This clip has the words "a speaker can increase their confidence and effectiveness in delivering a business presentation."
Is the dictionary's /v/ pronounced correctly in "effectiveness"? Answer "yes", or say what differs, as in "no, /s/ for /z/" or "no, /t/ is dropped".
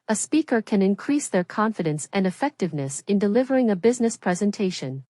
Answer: yes